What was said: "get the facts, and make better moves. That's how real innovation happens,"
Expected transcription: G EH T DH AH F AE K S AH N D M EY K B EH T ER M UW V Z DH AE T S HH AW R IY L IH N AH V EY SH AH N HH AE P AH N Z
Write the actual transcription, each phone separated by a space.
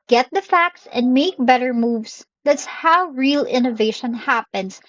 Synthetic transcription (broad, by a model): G EH T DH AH F AE K S AH N D M EY K B EH T ER M UW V S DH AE T S HH AW R IY L IH N AH V EY SH AH N HH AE P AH N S